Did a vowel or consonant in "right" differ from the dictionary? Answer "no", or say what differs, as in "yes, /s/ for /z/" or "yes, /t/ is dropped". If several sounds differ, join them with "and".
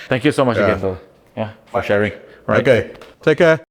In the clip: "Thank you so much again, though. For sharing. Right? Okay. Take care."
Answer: yes, /t/ is dropped